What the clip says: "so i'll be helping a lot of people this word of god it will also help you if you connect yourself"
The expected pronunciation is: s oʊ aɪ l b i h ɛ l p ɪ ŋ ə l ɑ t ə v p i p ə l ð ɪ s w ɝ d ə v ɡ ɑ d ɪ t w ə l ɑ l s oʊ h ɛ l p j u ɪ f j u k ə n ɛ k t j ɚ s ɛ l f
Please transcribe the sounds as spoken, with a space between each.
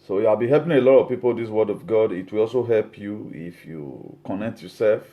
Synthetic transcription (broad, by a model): s oʊ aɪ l b i h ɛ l p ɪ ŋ ə l ɑ t ə v p i p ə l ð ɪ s w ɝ d ə v ɡ ɑ d ɪ t w ə l ɑ l s oʊ h ɛ l p j u ɪ f j u k ə n ɛ k t j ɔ s ɛ l f